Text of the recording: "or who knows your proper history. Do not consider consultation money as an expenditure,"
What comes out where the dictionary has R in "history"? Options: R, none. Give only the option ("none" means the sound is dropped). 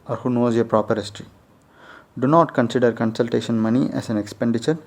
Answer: R